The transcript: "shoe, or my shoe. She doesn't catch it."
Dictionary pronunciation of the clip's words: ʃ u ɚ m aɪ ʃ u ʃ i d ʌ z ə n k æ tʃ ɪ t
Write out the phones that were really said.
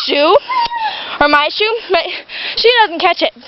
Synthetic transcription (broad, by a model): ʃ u ɚ m aɪ ʃ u ʃ i d ʌ z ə n k æ tʃ ɪ t